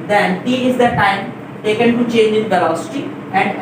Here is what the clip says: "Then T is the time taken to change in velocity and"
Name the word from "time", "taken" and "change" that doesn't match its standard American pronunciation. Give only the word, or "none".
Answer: none